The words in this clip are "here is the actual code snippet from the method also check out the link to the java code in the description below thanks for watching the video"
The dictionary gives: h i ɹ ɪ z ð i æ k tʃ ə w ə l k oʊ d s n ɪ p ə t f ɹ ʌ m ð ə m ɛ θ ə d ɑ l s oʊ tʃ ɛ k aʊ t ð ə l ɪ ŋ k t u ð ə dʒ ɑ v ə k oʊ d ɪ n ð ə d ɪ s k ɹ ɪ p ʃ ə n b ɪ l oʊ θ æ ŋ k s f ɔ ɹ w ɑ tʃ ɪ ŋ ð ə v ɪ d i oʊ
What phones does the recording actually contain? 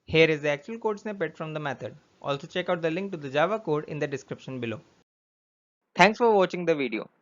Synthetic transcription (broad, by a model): h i ɹ ɪ z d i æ k tʃ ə ə l k oʊ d s n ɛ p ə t f ɹ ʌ m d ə m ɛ t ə d ɑ l s oʊ tʃ ɛ k aʊ t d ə l ɪ ŋ k t u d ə dʒ ɑ v ə k oʊ d ɪ n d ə d ɪ s k ɹ ɪ p ʃ ə n b ɪ l oʊ t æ ŋ k s f ɔ ɹ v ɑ tʃ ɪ ŋ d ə v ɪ d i oʊ